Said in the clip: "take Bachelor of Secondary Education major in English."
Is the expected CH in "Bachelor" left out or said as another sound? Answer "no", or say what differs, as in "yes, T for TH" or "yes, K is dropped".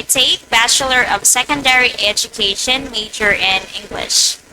no